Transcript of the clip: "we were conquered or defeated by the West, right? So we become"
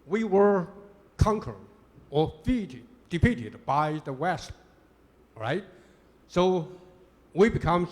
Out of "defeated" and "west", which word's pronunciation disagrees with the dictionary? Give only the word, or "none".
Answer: defeated